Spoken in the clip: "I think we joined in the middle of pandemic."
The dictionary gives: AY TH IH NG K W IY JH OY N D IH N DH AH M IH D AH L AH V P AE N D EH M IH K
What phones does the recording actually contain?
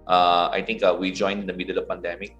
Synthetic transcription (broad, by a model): AY T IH NG K W IY JH OY N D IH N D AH M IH D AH L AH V P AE N D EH M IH K